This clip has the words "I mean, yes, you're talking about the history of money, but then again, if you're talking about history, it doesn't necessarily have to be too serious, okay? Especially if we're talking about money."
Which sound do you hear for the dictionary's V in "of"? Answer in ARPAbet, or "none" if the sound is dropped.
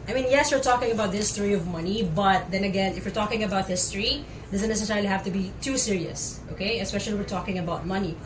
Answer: V